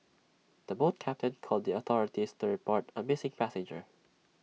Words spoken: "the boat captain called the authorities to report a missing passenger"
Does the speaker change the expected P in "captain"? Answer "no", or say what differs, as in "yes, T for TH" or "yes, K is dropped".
no